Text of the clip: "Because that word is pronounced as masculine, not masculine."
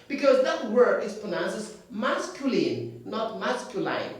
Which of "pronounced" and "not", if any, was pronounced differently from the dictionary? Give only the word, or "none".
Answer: pronounced